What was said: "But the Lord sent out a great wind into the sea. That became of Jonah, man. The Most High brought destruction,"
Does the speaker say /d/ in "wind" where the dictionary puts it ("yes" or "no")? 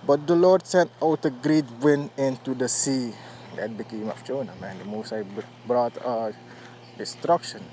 no